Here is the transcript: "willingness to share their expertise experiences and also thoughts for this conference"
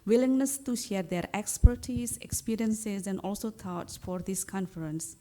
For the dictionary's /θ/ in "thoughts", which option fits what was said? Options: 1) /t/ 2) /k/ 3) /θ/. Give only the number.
1